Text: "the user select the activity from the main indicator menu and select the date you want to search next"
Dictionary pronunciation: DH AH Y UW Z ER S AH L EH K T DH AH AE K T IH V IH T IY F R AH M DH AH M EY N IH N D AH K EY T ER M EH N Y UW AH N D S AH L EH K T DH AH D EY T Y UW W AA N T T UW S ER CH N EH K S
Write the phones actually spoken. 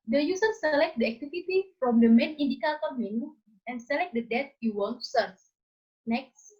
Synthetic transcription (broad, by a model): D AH Y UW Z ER S AH L EH K T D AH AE K T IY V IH T IY F R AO M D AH M EY N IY N D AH K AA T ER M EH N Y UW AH N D S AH L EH K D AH D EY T Y UW W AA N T T UW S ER S N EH K S